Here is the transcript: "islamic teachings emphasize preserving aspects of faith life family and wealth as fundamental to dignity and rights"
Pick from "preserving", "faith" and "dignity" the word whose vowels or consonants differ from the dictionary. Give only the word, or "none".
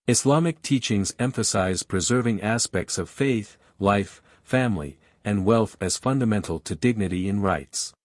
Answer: none